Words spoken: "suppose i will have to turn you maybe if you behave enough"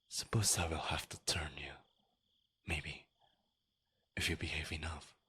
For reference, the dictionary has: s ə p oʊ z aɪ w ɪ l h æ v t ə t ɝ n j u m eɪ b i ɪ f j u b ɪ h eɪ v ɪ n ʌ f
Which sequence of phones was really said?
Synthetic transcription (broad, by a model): s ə p oʊ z aɪ w ɪ l h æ f t ə t ɝ n j u m eɪ b i ɪ f j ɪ b ɪ h eɪ v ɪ n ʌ f